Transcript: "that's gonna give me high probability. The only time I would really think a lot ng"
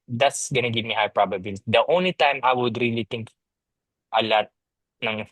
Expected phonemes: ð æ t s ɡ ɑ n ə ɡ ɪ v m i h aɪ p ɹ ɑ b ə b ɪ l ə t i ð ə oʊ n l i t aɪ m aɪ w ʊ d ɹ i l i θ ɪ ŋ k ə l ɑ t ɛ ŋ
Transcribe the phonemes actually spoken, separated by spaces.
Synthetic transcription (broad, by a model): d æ t s ɡ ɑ n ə ɡ ɪ v m i h aɪ p ɹ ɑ b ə b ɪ l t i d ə oʊ n l i t aɪ m aɪ w ʊ d ɹ i l i t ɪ ŋ k ə l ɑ t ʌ ŋ